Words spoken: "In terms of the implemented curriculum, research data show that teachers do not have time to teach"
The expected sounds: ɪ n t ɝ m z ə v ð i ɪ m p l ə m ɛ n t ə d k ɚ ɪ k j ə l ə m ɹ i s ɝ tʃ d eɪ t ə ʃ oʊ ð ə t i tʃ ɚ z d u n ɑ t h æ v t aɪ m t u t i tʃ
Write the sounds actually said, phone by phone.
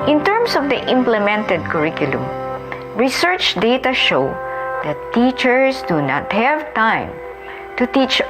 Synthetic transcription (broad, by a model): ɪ n t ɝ m s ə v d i ɪ m p l ə m ɛ n t ə d k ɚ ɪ k j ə l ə m ɹ i s ɝ tʃ d eɪ t ə ʃ oʊ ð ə t i tʃ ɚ s d u n ɑ t h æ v t aɪ m t u t i tʃ